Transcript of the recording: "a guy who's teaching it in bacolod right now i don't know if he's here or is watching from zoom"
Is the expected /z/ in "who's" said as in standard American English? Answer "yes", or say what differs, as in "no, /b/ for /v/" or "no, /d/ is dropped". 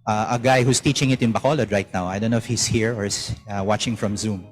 no, /s/ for /z/